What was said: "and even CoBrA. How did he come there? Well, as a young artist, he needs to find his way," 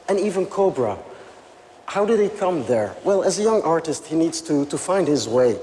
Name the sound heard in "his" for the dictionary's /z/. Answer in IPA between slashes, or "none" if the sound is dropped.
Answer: /z/